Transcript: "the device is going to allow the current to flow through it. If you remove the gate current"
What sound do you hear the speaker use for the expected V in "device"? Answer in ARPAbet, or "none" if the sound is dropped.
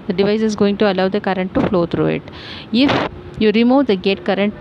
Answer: V